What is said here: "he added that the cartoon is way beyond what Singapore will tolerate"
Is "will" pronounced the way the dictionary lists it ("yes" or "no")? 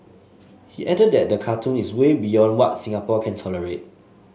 no